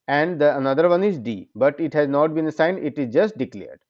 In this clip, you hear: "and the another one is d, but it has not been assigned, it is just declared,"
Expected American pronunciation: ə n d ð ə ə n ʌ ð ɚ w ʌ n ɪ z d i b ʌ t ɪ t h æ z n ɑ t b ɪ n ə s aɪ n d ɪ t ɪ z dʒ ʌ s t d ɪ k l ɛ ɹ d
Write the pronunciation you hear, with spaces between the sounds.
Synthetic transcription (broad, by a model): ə n d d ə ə n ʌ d ɚ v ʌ n ɪ z d i b ʌ t ɪ t h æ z n ɑ t b ɪ n ə s aɪ n d ɪ t ɪ z dʒ ʌ s t d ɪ k l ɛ ɹ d